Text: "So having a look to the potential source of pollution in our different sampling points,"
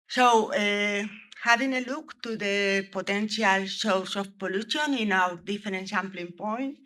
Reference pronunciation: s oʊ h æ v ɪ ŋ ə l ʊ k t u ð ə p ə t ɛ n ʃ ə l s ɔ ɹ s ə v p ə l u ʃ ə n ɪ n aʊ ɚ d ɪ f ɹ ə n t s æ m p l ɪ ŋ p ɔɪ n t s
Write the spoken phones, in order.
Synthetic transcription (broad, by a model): s oʊ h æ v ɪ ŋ ə l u k t u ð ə p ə t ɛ n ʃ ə l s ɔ w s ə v p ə l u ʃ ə n ɪ n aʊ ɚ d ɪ f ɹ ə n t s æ m p l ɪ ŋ p ɔɪ n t